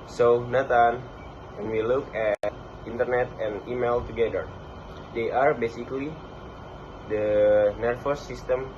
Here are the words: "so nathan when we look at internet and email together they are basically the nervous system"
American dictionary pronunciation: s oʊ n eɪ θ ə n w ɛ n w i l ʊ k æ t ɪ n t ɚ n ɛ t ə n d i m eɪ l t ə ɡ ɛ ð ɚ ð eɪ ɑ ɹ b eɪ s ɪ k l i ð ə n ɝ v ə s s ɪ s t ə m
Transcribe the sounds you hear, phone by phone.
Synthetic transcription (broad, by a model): s oʊ n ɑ t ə n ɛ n w i l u k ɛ t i n t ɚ n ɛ t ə n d i m eɪ l t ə ɡ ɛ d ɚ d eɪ ɑ ɹ b eɪ s ɪ k l i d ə n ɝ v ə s s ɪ s t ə m